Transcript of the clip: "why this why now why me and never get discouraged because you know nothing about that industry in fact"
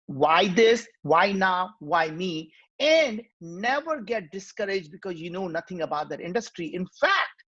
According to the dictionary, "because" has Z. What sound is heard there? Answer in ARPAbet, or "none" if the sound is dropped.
Z